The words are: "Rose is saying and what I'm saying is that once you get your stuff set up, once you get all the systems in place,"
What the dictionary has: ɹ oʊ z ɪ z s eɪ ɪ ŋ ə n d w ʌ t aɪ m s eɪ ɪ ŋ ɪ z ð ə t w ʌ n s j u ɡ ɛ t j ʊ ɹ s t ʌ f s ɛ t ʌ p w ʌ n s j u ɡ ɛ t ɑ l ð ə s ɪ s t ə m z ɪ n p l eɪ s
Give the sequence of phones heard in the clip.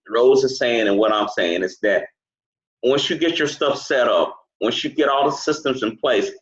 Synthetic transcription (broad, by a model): ɹ oʊ z ɪ z s eɪ ɪ ŋ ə n w ʌ t aɪ m s eɪ ɪ ŋ ɪ z ð ə t w ʌ n s j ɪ ɡ ɛ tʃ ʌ ɹ s t ʌ f s ɛ t ʌ p w ʌ n s j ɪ ɡ ɛ t ɑ l ð ə s ɪ s t ə m z ɪ n p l eɪ s